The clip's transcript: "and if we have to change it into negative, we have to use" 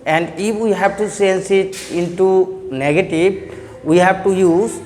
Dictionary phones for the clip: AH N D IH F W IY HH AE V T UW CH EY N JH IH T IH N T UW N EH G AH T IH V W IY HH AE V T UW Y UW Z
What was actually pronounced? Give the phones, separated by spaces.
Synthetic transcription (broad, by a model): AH N D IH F W IY HH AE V T UW S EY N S IH T IH N T UW N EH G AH T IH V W IY HH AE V T UW Y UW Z